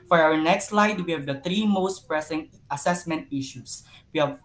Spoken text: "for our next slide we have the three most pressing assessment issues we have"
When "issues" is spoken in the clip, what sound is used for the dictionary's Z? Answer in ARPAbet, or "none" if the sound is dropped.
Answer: S